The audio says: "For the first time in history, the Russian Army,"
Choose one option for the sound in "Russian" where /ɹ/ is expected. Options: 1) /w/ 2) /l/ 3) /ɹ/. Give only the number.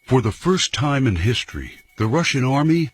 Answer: 3